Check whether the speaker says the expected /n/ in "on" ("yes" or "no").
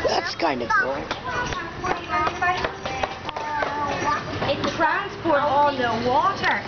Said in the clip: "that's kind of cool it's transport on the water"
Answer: no